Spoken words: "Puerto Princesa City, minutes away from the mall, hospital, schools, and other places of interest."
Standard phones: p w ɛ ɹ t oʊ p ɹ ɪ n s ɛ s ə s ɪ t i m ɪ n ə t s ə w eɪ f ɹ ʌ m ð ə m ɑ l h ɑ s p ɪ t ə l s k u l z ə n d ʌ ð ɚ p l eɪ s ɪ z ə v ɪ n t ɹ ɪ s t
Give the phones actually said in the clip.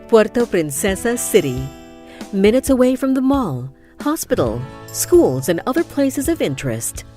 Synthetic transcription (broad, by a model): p w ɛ ɹ t oʊ p ɹ ɪ n s ɛ s ə s ɪ t i m ɪ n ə t s ə w eɪ f ɹ ʌ m ð ə m ɑ l h ɑ s p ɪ t l s k u l z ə n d ʌ ð ɚ p l eɪ s ɪ z ə v ɪ n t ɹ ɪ s t